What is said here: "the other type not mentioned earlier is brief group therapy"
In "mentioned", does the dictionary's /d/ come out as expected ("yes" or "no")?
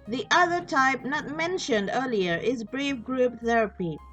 yes